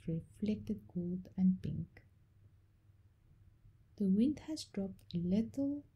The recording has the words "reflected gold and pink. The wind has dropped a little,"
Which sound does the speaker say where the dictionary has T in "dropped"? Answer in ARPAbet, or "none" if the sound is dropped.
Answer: T